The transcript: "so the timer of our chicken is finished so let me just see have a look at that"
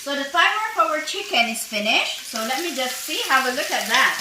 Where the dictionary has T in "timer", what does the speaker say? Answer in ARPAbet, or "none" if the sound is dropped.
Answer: S